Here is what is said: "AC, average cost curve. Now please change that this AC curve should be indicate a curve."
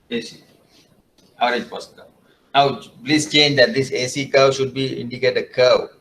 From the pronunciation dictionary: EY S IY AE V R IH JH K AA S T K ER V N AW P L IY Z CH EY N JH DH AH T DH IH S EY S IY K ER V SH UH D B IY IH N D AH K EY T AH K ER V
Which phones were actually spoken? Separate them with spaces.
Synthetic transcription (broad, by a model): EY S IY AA R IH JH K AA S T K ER N AW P L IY S CH EY N JH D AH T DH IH S EY S IY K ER W SH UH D B IY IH N D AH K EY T AH K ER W